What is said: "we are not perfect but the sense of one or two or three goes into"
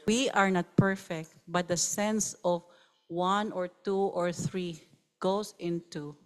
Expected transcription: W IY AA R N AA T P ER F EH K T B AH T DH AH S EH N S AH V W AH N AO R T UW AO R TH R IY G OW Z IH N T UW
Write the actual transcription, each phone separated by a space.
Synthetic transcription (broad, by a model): W IY AA R N AA T P ER F EH K T B AH T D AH S EH N S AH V W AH N AO R T UW AO R TH R IY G OW S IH N T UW